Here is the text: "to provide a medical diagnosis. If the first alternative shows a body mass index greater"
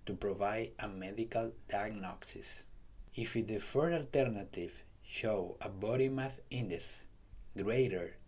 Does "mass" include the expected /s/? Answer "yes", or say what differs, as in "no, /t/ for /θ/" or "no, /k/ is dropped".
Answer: no, /θ/ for /s/